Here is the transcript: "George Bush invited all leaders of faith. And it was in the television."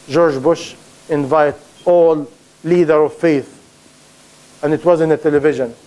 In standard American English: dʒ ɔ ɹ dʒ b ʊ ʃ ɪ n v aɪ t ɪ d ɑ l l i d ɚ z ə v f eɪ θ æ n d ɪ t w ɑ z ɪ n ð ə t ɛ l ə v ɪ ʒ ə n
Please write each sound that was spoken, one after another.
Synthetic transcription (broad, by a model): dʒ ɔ ɹ dʒ b ʊ ʃ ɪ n v aɪ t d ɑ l l i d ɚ ə v f eɪ θ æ n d ɪ t w ɑ z ɪ n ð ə t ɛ l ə v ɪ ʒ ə n